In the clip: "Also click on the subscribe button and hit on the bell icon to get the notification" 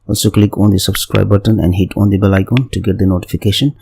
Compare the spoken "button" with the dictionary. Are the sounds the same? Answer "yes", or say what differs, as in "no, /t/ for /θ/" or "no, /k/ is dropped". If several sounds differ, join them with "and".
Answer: yes